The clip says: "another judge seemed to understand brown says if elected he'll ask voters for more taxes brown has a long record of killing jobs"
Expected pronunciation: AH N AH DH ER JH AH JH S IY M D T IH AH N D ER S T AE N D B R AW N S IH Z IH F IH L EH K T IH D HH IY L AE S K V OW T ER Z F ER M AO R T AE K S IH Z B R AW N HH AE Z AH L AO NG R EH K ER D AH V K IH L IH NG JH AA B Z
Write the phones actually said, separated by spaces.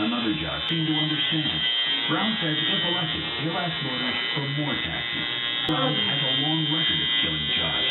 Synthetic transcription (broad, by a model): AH N AH DH ER JH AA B S IY M T IH AH N D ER S T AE N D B R AW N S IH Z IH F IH L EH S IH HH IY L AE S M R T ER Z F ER M AO R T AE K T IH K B R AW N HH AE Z AH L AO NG R EH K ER AH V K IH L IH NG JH AA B